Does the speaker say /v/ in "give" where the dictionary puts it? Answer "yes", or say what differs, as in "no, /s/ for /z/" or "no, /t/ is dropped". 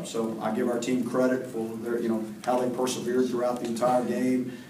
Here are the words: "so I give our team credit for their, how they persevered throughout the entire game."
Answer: yes